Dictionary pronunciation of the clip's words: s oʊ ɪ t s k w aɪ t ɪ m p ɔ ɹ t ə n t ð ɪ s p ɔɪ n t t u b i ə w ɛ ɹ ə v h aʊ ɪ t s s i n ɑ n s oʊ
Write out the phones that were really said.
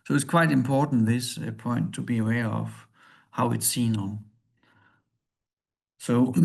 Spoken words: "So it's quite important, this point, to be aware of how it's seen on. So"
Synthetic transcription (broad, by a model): s oʊ ɪ t s k w aɪ t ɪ m p ɔ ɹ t n ð ɪ s p ɔɪ n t t u b i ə w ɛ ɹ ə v h aʊ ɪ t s s i n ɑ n s oʊ